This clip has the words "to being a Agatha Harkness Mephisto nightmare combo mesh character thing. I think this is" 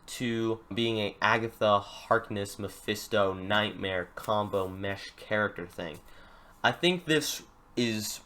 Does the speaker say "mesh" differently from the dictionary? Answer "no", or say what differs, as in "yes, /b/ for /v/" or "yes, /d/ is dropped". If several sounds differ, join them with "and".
no